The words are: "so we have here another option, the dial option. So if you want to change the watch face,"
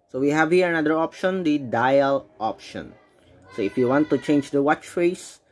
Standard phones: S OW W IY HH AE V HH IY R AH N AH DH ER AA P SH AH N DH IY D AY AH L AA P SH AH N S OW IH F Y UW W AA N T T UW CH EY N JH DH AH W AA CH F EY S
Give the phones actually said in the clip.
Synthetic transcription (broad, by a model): S OW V IY HH AE V HH IY R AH N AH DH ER AA P SH AH N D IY D AY AH L AA P SH AH N S OW IH F Y UW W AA N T T UW CH EY N JH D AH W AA CH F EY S